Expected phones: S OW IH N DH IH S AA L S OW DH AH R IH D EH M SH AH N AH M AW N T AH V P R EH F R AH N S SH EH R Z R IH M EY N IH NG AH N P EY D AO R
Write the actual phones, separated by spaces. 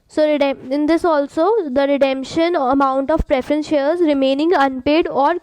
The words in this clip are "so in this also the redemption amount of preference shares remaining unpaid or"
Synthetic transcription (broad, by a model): S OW IH N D IH S AA L S OW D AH R IH D EH M SH AH N AH M AW N T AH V P R EH F R AH N S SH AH R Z R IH M EY N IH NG AH N P EY D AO R